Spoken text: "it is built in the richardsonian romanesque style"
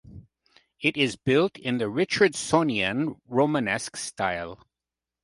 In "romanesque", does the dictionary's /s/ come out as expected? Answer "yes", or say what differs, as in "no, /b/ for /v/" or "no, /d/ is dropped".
yes